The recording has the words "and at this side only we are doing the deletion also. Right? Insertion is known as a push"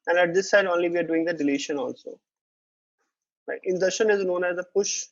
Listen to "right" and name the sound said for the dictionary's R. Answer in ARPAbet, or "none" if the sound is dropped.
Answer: L